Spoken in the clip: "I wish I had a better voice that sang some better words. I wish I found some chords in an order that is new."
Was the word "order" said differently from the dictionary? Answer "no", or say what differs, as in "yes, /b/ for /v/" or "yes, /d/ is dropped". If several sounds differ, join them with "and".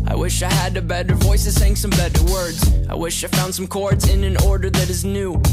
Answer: no